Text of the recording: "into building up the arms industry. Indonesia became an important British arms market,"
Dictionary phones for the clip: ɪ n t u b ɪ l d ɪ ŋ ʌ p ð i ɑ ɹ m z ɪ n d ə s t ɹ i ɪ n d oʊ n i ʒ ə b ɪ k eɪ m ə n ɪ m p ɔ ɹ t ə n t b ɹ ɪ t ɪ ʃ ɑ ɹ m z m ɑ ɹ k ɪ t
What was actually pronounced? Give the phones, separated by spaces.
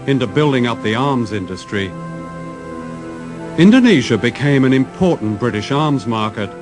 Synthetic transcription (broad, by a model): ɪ n t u b ɪ l d ɪ ŋ ʌ p ð i ɑ ɹ m z ɪ n d ə s t ɹ i ɪ n d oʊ n i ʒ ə b ɪ k eɪ m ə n ɪ m p ɔ ɹ t n b ɹ ɪ t ɪ ʃ ɑ ɹ m z m ɑ ɹ k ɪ t